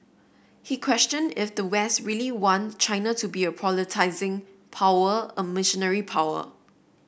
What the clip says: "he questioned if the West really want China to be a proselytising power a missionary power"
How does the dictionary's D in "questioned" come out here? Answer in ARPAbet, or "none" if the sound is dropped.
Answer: D